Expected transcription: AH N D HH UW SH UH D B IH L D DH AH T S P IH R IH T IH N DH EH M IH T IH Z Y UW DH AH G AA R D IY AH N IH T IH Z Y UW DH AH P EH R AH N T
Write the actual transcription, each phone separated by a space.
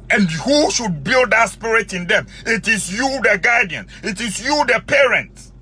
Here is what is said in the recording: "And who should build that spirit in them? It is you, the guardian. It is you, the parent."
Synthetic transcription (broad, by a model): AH N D HH UW SH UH D B IH L D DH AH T S P IH R IH T IH N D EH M IH T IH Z Y UW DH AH G AA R D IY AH N IH T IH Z Y UW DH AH P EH R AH N T